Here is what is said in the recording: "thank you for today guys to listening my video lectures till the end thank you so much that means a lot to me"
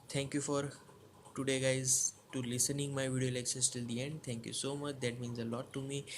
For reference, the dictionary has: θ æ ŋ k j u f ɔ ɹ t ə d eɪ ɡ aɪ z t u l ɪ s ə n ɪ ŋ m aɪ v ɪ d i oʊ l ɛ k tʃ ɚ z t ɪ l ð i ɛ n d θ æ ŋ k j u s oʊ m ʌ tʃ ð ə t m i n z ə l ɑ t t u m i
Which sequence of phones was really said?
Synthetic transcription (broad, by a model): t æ ŋ k j u f ɔ ɹ t ə d eɪ ɡ aɪ z t u l ɪ s ə n ɪ ŋ m aɪ v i d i oʊ l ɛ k ʃ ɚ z t ɪ l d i ɛ n d t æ ŋ k j u s oʊ m ʌ tʃ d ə t m i n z ə l ɑ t t u m i